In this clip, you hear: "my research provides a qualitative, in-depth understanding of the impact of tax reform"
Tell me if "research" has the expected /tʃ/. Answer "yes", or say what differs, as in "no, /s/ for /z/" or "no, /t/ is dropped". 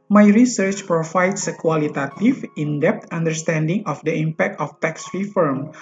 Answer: yes